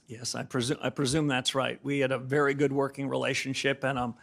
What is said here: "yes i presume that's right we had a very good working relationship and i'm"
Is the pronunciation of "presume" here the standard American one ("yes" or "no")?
yes